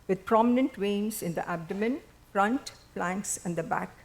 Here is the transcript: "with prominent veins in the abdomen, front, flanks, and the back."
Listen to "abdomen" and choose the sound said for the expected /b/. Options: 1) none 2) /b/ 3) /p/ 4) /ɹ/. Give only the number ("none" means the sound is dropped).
2